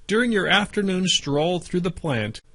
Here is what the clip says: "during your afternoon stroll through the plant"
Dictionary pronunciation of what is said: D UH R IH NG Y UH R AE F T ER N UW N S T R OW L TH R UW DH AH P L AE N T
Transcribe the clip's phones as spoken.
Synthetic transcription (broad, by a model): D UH R IH NG Y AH R AE F T ER N UW N S T R OW L TH R UW DH AH P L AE N T